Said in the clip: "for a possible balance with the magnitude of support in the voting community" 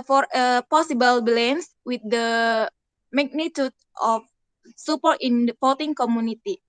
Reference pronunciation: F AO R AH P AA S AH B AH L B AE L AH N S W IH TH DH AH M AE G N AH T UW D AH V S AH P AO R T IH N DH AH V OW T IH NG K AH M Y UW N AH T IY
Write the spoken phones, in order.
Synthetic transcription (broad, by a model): F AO R AH P AA S AH B AH L B L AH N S W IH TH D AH M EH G N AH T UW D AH F S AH P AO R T IH N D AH P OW T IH NG K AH M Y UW N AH T IY